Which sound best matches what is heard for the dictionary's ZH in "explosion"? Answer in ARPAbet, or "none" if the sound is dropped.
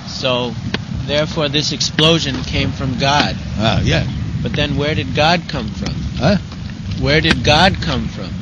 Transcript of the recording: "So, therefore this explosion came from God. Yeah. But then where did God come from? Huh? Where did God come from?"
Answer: ZH